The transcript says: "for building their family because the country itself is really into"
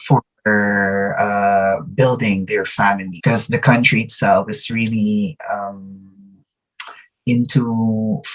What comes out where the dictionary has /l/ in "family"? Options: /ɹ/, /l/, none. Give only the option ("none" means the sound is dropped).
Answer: none